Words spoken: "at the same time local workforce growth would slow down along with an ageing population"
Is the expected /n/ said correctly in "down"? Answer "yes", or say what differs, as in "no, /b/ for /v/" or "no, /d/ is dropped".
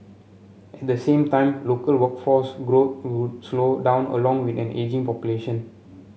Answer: yes